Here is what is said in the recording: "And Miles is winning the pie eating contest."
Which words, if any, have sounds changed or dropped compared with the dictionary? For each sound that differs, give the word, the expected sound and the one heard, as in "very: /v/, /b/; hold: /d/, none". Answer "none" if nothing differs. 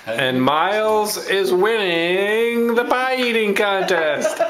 pie: /p/, /b/